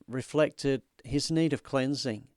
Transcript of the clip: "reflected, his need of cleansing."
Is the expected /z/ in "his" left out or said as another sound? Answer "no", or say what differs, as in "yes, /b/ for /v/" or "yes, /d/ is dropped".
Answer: no